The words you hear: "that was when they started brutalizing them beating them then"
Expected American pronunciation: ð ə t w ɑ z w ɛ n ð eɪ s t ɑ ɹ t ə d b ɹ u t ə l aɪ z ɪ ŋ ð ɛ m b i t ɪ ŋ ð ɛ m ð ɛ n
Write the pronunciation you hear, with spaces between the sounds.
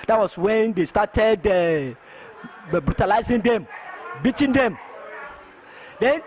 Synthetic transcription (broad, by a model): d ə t w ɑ s w ɛ n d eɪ s t ɑ t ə d b ɹ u t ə l aɪ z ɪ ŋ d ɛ m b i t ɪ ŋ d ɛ m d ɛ n